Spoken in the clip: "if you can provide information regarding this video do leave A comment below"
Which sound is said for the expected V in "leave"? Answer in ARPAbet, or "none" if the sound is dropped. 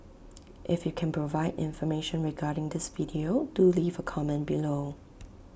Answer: V